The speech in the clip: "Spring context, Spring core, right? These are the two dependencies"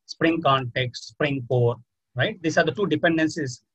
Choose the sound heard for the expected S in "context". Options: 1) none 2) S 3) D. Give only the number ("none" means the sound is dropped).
2